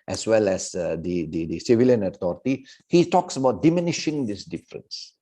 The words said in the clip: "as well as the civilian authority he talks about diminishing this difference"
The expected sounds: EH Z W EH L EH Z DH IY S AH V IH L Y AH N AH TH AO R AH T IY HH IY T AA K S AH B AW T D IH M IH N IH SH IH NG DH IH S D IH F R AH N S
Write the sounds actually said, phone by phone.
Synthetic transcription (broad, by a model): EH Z W EH L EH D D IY S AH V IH L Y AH N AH T AO R T IY HH IY T AA K S AH B AW T D IH M IH N IH SH IH NG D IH S D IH F R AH N S